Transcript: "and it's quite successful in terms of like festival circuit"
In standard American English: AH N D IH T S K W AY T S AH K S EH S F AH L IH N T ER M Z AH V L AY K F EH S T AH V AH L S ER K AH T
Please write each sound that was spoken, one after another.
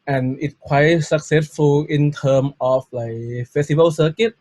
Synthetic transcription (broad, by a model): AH N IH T K W AY T S AH K S EH S F AH L IH N T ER M AH F L AY K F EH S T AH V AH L S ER K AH T